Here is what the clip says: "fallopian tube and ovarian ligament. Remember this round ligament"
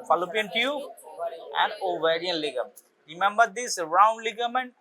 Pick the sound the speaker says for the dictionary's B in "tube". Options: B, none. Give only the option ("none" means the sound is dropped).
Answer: none